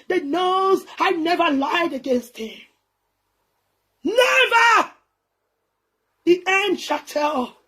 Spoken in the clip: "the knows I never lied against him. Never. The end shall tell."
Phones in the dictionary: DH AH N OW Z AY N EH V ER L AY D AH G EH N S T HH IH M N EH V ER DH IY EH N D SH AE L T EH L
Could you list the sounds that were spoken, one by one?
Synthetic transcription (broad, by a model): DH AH N OW Z AY N EH V ER L AY D AH G EH N S T HH IH M N EH V ER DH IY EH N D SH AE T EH L